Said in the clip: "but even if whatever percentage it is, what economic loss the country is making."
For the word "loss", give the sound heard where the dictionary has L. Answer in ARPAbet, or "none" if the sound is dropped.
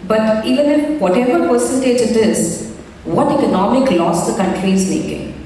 L